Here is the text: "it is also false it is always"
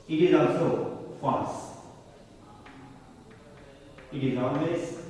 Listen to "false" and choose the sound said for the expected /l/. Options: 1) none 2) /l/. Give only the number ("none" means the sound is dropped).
1